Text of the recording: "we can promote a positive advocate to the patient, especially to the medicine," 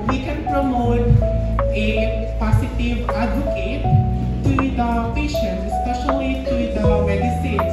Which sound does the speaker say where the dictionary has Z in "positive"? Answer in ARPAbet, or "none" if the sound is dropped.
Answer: S